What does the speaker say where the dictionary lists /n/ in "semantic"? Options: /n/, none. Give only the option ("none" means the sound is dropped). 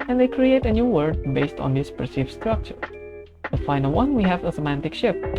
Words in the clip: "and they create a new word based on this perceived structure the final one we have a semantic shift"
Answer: /n/